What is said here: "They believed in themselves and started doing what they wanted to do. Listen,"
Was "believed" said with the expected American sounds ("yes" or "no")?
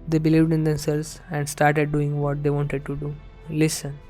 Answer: yes